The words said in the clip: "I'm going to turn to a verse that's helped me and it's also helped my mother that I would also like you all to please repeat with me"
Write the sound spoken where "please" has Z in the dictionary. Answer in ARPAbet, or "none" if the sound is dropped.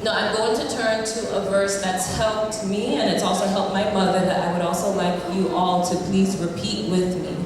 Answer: Z